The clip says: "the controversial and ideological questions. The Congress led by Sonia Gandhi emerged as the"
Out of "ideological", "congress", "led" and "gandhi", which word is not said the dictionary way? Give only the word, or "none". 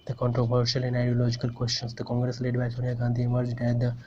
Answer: none